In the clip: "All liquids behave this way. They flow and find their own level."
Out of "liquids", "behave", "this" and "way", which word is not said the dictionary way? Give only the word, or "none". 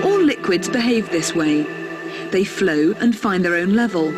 none